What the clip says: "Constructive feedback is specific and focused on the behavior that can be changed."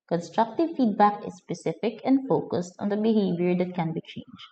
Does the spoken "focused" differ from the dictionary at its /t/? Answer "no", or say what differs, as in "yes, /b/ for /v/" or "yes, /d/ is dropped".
no